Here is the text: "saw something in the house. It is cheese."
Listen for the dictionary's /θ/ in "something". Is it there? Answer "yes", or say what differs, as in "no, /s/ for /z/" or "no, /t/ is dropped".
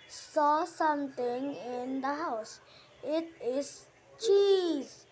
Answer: no, /t/ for /θ/